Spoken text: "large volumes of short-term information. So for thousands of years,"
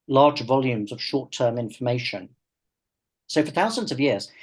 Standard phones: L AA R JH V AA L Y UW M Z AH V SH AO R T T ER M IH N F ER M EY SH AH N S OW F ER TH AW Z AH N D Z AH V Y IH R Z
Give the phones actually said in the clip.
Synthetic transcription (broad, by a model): L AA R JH V AA L Y UW M Z AH V SH AO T T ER M IH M F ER M EY SH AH N S OW F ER TH AW Z AH N D Z AH V Y IH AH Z